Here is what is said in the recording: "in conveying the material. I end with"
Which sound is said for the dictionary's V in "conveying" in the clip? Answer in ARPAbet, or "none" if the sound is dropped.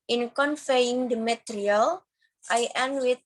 F